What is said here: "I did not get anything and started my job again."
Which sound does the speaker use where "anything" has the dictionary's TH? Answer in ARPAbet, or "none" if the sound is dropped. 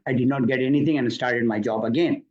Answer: T